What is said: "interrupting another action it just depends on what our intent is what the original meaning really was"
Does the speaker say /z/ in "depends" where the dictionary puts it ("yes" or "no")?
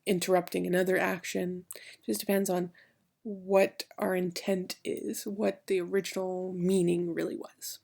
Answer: yes